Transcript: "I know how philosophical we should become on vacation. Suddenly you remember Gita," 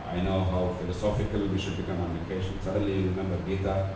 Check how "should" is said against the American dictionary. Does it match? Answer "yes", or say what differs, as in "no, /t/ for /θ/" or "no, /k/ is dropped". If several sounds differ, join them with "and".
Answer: yes